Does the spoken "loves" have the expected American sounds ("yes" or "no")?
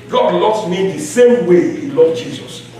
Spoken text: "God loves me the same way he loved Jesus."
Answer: no